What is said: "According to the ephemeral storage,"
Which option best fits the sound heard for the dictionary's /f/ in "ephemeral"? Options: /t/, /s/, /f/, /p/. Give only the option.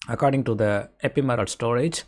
/p/